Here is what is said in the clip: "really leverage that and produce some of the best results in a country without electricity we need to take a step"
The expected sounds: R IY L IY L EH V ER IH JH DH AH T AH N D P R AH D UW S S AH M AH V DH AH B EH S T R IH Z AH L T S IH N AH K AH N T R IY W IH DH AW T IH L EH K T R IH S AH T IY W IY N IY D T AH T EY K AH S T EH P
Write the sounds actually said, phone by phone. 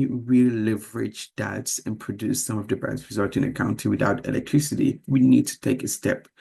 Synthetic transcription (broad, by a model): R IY L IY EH V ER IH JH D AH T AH N P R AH D UW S S AH M AH V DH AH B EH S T R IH Z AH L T IH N AH K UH N T IY W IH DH AW T IH L EH K T R IH S AH T IY W IY N IY D T AH T EY K AH S T EH P